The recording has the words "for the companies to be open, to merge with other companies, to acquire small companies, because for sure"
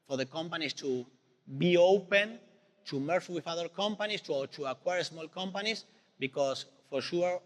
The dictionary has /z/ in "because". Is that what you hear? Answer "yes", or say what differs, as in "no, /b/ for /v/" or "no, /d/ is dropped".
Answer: no, /s/ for /z/